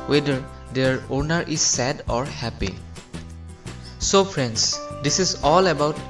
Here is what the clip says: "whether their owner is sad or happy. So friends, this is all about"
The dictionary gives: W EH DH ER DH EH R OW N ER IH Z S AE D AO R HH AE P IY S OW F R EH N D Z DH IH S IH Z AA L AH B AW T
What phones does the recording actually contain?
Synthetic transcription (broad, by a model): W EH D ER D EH R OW N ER IH Z S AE D AO R HH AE P IY S OW P R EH N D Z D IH S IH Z AA L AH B AW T